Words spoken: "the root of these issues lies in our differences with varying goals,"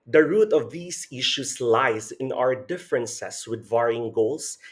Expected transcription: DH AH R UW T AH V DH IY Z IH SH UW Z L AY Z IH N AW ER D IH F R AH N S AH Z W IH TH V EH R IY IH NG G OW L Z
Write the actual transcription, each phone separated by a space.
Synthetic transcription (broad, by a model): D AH R UW T AH V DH IY S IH SH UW S L AY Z IH N AW ER D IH F R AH N S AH S W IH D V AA R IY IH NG G OW L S